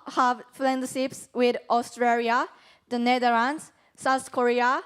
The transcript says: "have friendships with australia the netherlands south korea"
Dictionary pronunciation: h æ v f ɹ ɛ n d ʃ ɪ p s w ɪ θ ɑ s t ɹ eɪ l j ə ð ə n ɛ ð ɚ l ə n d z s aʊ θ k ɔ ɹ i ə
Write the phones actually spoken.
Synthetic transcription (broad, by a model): h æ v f l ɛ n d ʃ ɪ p s w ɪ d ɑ s t ɹ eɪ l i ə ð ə n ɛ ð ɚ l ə n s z s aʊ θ k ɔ ɹ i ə